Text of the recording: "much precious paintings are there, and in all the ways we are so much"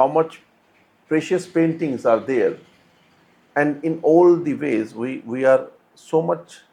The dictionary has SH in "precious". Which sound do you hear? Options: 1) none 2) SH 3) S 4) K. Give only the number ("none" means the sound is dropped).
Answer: 2